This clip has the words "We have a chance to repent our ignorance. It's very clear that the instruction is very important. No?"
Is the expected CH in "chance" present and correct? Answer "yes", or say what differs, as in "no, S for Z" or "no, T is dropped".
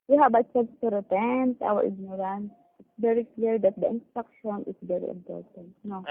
no, S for CH